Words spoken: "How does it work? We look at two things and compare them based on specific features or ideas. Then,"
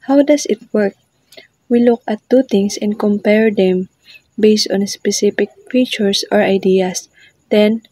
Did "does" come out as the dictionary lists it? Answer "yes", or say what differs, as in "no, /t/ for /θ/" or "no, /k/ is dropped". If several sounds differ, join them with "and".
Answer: no, /s/ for /z/